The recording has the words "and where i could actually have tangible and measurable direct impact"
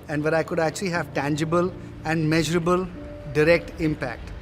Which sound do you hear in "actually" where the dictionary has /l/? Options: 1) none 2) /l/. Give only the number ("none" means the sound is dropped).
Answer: 2